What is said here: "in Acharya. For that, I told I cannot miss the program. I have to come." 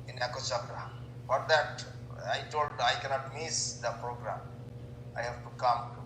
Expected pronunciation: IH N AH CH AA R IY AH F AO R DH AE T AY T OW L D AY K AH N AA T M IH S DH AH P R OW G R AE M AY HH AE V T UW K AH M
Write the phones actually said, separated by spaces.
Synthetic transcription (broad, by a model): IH N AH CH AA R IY F AO R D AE T AY T OW L D AY K AH N AA T M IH S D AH P R OW G R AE M AY HH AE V T UW K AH M